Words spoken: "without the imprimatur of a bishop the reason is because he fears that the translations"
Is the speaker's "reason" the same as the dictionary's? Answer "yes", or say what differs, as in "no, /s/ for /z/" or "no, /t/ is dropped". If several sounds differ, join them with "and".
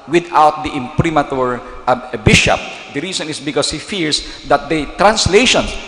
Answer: no, /s/ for /z/